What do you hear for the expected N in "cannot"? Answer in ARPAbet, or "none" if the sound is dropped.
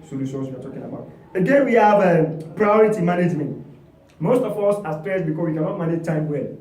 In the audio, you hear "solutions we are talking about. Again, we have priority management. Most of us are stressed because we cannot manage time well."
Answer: N